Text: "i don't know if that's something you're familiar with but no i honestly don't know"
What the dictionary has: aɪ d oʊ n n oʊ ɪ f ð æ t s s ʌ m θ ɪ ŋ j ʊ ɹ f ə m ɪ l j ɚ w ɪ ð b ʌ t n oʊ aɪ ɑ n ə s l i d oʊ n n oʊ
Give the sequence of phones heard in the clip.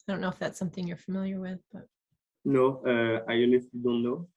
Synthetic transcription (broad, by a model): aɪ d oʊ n n oʊ ɪ f ð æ t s s ʌ m θ ɪ ŋ j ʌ ɹ f ə m ɪ l j ɚ w ɪ ð b ʌ t n oʊ aɪ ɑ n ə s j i d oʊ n n oʊ